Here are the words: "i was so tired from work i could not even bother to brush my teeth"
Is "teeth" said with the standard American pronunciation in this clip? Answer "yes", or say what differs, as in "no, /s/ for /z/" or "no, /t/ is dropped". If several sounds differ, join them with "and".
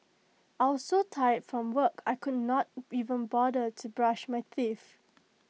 no, /f/ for /θ/